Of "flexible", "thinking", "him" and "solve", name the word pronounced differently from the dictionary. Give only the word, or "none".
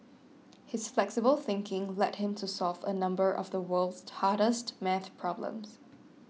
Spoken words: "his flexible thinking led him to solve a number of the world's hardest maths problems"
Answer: none